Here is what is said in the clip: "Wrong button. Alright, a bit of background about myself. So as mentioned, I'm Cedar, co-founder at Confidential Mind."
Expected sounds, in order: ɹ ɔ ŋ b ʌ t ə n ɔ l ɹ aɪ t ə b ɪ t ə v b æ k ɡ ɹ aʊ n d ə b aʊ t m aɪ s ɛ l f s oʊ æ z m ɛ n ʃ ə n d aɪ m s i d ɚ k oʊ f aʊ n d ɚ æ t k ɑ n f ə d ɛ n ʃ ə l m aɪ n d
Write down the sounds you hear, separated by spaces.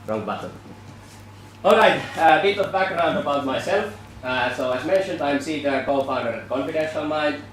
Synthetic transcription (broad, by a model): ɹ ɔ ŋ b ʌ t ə l ɔ l ɹ aɪ t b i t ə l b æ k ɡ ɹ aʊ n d ə b aʊ t m aɪ s ɛ l f s oʊ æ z m ɛ n ʃ ə n d aɪ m s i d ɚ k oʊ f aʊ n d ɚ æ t k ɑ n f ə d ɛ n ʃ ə n m aɪ n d